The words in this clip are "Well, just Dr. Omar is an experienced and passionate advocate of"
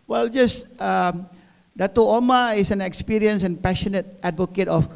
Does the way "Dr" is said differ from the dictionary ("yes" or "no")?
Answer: yes